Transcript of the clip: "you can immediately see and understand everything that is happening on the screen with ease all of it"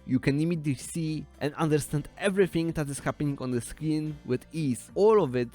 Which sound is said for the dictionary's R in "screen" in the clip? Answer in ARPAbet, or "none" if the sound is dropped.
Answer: none